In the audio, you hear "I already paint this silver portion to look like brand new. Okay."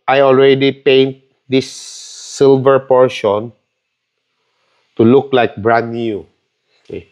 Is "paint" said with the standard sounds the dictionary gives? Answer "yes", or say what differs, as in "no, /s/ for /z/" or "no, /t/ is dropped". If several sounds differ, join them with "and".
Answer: yes